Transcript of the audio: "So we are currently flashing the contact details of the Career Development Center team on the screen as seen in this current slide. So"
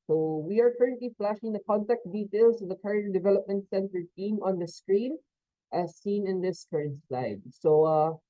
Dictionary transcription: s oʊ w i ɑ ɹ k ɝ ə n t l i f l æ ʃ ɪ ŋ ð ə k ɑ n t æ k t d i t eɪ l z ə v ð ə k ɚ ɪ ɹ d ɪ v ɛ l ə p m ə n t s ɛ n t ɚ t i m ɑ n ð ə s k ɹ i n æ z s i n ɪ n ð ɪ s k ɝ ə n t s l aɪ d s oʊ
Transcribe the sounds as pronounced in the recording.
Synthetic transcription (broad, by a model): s oʊ w i ɑ ɹ k ɝ ə n t l i f l æ ʃ ɪ ŋ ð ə k ɑ n t æ k t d i t eɪ l s ə v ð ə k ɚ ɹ d ɪ v ɛ l ə p m ə n t s ɛ n t ɚ t i m ɑ n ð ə s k ɹ i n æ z s i n ɪ n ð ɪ s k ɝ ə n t s l aɪ d s oʊ